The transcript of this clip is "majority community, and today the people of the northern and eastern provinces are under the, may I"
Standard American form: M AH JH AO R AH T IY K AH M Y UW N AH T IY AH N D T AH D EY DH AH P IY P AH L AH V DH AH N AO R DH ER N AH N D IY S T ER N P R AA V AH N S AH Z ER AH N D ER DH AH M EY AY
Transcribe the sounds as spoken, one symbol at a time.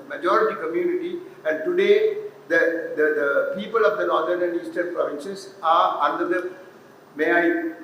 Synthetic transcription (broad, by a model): M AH JH AO R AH T IY K AH M Y UW N AH T IY AH N D T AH D EY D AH P IY P AH L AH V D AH N AO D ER N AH N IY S T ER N P R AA V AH N SH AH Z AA AH N D ER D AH M EY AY